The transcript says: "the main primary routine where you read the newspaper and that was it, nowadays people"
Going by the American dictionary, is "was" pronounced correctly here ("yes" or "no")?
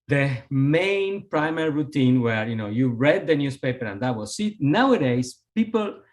no